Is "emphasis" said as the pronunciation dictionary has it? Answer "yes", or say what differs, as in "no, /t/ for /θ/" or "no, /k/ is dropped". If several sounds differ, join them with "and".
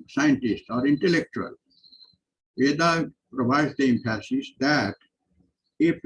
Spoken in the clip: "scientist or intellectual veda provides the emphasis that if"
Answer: no, /p/ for /f/